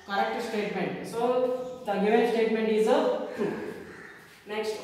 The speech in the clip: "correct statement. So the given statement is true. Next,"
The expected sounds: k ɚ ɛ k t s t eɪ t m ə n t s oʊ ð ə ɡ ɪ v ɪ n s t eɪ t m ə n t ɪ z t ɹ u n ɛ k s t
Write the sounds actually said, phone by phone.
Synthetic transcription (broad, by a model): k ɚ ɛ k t s t eɪ t m ə n t s oʊ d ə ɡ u ɪ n s t eɪ t m ə n t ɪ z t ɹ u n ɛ k s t